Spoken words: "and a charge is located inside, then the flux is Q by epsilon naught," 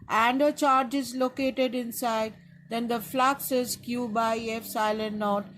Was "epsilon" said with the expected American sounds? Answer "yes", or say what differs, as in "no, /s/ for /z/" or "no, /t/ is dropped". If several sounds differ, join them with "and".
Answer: no, /f/ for /p/